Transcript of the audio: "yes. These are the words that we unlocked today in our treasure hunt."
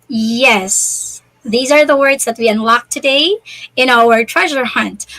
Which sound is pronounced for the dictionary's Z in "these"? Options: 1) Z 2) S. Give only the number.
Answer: 1